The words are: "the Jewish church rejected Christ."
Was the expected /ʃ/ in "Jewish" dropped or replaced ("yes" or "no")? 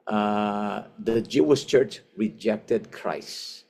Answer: yes